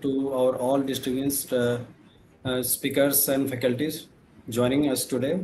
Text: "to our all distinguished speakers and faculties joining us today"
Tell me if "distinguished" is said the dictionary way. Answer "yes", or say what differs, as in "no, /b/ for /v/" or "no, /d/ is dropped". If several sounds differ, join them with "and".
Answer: no, /ŋ/ is dropped and /s/ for /ʃ/